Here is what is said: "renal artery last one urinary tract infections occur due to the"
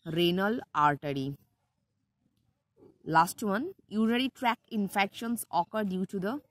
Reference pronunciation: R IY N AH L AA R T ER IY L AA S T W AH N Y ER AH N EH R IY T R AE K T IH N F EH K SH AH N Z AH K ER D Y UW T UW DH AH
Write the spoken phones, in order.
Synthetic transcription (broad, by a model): R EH N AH L AA R T ER IY L AA S T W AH N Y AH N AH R IY T R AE K IH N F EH K SH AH N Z AH K ER D Y UW T UW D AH